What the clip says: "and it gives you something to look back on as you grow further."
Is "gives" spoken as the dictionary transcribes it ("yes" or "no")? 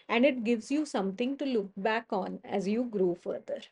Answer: yes